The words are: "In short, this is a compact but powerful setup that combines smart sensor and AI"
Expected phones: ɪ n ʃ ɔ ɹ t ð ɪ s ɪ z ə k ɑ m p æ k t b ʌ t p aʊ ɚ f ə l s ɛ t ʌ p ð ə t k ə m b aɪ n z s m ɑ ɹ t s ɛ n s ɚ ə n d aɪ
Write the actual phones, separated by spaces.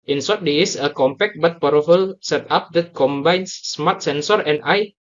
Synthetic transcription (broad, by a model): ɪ n s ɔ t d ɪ ɪ s ə k ɑ m p æ k t b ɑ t p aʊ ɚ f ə l s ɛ t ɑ p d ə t k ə m b aɪ n s m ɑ t s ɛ n s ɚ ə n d aɪ